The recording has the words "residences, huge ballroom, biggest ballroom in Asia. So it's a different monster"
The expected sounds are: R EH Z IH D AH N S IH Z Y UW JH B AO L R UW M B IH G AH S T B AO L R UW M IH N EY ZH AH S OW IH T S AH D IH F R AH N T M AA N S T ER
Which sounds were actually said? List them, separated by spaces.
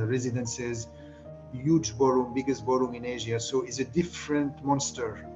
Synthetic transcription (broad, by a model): R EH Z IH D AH N S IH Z Y UW JH B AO R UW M B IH G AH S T B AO R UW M IH N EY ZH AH S OW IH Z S AH D IH F R AH N T M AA N S T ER